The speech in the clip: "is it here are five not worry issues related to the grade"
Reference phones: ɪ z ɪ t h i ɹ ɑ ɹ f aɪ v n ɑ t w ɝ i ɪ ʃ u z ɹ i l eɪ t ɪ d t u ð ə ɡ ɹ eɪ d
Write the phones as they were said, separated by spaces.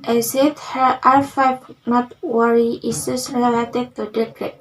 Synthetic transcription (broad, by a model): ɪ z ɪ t h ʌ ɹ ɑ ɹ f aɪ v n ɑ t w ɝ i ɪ s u s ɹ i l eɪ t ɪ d t u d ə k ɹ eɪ